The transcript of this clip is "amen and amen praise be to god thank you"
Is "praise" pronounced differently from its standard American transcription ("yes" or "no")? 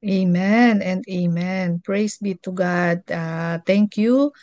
yes